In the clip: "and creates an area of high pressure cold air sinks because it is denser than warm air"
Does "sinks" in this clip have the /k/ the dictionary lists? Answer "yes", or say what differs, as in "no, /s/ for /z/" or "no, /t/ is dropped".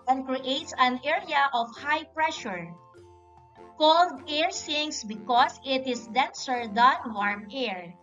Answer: no, /k/ is dropped